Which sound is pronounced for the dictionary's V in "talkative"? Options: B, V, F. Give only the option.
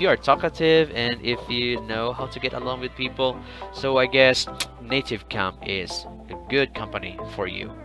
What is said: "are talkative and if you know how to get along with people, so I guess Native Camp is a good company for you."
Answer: V